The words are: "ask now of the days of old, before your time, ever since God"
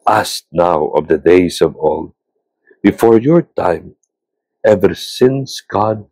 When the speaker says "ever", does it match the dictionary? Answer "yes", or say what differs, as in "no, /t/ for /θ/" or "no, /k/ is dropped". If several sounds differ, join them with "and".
yes